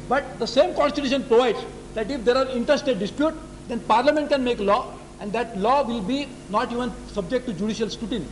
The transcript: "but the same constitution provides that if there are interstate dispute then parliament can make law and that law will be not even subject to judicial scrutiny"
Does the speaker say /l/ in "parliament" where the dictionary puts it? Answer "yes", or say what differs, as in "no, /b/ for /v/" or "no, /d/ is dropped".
yes